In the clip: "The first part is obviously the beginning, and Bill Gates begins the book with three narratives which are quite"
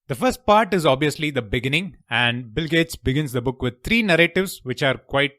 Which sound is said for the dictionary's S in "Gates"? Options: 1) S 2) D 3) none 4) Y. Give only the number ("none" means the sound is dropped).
1